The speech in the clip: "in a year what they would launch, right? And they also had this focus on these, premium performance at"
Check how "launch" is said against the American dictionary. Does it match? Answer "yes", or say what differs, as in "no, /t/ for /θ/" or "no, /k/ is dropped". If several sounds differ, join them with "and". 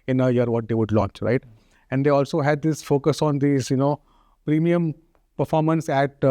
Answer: yes